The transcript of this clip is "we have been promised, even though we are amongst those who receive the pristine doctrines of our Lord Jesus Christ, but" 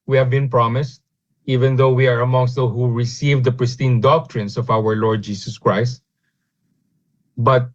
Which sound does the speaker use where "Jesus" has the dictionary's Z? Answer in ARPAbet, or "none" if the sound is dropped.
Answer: S